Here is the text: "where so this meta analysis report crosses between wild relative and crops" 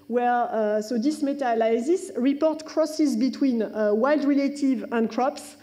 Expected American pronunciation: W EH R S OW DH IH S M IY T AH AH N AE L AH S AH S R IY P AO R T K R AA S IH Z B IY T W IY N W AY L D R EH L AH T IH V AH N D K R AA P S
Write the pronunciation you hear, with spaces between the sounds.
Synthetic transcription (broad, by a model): W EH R S OW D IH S M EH T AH L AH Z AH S R IY P AO R T K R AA S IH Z B IY T W IY N W AY L D R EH L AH T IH V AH N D K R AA P S